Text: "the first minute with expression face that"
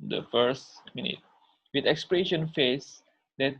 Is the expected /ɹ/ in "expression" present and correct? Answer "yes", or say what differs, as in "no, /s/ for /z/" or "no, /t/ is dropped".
yes